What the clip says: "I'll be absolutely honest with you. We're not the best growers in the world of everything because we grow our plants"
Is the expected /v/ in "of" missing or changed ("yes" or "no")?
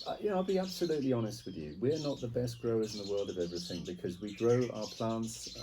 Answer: no